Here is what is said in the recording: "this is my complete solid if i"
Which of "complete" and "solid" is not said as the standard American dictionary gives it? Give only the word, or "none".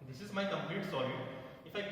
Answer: solid